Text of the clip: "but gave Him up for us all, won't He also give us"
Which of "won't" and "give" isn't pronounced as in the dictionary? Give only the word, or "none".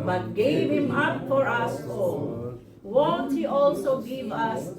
none